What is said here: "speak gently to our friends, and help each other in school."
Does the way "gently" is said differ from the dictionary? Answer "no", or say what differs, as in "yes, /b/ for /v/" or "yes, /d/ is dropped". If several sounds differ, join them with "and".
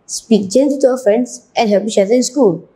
yes, /l/ is dropped